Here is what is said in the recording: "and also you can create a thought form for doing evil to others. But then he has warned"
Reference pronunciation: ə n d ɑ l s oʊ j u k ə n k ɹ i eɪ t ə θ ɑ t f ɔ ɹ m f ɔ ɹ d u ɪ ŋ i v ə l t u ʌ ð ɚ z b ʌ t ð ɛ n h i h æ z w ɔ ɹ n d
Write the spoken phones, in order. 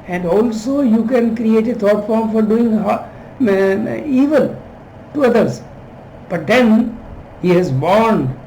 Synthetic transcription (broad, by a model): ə n d ɑ l s oʊ j u k ə n k ɹ i eɪ t ə t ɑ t f ɔ ɹ m f ɔ ɹ d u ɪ ŋ i v ə l t u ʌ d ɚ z b ʌ t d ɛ n h i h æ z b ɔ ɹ n d